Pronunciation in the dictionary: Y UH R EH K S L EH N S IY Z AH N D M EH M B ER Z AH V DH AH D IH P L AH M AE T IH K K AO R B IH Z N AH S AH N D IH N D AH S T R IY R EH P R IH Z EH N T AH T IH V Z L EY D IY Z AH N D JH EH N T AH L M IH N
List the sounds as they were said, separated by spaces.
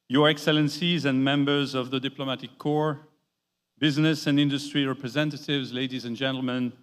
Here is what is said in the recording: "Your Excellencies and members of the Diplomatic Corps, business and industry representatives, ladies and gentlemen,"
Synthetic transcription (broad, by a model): Y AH R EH K S L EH N S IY Z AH N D M EH M B ER Z AH V DH AH D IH P L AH M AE T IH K K AO R B IH Z N AH S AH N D IH N D AH S T R IY R EH P R IH Z EH N T AH T IH V Z L EY D IY Z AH N JH EH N T L M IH N